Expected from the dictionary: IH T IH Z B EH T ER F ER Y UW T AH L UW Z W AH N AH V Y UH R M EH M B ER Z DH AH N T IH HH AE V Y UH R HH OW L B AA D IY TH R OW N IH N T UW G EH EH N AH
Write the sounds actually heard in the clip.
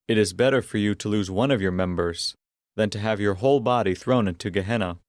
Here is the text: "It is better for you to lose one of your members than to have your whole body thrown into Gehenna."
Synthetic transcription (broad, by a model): IH T IH Z B EH T ER F ER Y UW T AH L UW Z W AH N AH V Y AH R M EH M B ER Z DH AH N T IH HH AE V Y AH R HH OW L B AA D IY TH R OW N IH N T UW G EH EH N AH